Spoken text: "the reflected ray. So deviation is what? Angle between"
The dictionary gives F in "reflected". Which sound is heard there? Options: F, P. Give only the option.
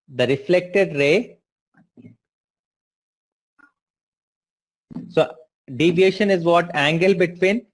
F